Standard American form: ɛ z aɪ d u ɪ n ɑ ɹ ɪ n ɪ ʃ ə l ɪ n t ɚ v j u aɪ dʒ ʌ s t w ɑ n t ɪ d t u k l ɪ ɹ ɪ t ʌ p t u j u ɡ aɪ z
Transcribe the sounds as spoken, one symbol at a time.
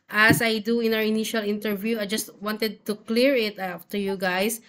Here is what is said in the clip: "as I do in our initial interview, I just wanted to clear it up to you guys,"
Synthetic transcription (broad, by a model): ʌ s aɪ d u ɪ n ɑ w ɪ n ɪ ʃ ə l ɪ n t ɚ v j u aɪ dʒ ʌ s t w ɑ n t ɪ d t u k l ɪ ɹ ɪ t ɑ f t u j u ɡ aɪ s